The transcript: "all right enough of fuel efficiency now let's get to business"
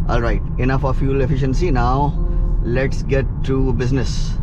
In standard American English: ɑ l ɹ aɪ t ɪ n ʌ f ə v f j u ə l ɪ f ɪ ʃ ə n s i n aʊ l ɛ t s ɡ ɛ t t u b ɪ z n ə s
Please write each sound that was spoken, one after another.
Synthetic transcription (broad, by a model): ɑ l ɹ aɪ t ɪ n ʌ f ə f j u l ɪ f ɪ ʃ ə n s i n aʊ l ɛ t s ɡ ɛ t t u b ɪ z n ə s